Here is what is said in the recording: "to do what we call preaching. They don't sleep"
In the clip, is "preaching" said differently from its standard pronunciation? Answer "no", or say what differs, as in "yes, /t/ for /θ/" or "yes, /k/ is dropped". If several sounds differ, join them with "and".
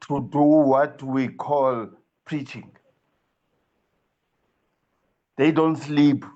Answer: no